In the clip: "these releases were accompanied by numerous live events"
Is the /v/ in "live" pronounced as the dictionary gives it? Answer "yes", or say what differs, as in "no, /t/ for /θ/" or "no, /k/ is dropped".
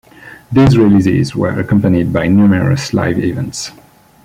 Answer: yes